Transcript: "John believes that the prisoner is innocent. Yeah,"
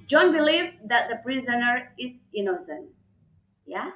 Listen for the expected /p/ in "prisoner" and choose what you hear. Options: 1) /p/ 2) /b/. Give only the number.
1